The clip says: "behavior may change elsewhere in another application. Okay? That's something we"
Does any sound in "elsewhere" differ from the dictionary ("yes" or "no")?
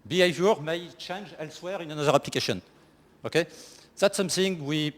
no